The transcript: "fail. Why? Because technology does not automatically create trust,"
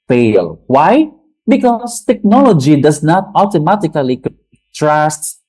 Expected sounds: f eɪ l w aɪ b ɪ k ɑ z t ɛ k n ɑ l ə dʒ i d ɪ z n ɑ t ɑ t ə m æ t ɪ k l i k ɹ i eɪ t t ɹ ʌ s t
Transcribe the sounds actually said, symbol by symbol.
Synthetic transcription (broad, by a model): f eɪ l w aɪ b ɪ k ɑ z t ɛ k n ɑ l ə dʒ i d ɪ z n ɑ t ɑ t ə m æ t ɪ k i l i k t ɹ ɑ s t